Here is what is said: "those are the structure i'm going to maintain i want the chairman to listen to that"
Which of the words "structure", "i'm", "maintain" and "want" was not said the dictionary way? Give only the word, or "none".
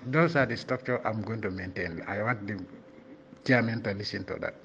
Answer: structure